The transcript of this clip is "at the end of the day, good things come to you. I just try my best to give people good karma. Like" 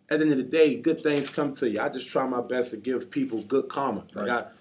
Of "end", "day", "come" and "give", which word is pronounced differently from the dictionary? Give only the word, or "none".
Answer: end